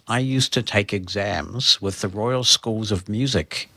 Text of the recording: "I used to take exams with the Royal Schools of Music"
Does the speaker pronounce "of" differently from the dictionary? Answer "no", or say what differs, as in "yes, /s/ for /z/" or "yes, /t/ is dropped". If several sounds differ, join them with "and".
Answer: no